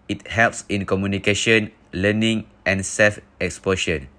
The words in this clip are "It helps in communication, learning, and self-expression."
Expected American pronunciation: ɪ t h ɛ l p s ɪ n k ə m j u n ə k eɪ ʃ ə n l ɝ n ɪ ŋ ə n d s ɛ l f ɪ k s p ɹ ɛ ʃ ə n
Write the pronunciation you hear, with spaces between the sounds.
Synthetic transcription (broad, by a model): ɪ t h ɛ l p s ɪ n k ə m j u n ə k eɪ ʃ ə n l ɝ n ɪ ŋ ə n s ɛ l f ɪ k s p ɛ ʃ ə n